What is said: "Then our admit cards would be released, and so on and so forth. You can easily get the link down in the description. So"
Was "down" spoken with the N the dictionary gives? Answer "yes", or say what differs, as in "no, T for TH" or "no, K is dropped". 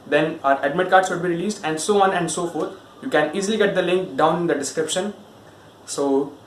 no, N is dropped